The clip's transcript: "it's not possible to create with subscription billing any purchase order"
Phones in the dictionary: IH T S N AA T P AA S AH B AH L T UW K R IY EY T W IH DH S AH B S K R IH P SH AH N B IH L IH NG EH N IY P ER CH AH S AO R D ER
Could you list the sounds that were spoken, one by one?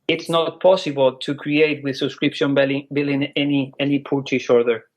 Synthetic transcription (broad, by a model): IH T S N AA T P AA S AH B AH L T UW K R IY EY T W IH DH S AH B S K R IH P SH AH N B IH L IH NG EH N IY P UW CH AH SH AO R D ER